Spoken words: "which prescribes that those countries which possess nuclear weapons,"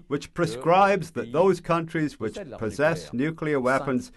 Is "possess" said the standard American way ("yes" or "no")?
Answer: yes